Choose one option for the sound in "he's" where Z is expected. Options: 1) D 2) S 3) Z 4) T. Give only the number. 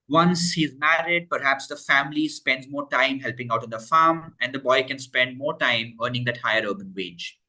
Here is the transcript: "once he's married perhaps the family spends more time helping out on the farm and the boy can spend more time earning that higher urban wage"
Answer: 3